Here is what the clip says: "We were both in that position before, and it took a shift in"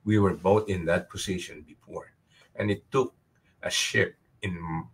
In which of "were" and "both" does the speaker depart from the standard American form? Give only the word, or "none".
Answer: both